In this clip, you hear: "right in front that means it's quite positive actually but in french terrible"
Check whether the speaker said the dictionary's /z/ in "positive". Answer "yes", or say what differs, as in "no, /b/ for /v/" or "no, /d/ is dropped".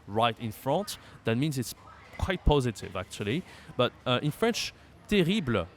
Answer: yes